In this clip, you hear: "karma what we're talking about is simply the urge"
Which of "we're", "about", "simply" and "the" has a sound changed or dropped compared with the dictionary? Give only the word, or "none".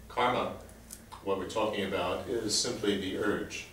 none